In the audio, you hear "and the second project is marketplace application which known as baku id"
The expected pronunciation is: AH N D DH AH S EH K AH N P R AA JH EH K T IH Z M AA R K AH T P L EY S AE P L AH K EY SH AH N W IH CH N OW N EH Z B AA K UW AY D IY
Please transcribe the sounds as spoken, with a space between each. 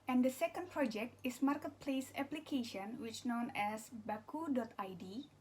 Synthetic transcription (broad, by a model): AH N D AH S EH K AH N P R AA JH EH K T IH S M AA R K AH T P L EY S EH P L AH K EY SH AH N W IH CH N OW N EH S B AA K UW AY D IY